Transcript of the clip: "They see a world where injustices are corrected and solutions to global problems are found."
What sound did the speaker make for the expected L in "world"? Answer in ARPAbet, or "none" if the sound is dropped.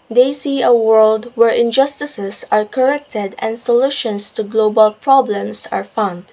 L